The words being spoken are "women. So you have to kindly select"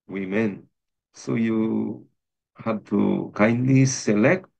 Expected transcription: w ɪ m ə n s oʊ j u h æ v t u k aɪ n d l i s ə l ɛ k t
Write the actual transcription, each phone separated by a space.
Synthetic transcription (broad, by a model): w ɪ m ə n s oʊ j u h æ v t u k aɪ n d l i s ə l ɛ k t